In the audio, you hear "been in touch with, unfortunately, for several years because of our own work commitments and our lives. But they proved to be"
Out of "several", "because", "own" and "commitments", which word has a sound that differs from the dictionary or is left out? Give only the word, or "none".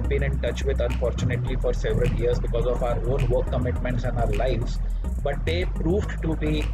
none